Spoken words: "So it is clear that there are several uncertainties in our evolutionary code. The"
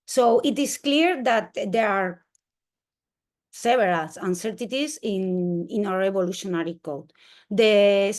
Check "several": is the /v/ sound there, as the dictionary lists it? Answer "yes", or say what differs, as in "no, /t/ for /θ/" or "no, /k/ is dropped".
no, /b/ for /v/